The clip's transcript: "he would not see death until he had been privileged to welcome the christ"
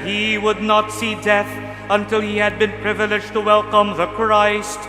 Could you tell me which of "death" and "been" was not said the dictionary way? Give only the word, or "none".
none